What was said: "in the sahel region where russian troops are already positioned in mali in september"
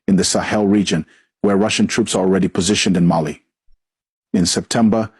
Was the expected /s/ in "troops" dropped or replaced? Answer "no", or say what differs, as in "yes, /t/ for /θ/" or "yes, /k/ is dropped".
no